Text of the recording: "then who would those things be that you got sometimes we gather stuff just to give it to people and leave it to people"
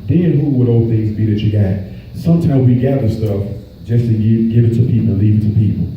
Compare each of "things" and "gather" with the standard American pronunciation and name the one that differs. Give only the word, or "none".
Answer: none